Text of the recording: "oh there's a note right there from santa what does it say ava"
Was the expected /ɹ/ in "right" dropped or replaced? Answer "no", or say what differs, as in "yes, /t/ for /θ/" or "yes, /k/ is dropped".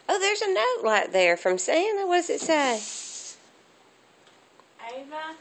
yes, /l/ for /ɹ/